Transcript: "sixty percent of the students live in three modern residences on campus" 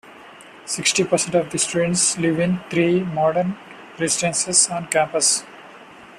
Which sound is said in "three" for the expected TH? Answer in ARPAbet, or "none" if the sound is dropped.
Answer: T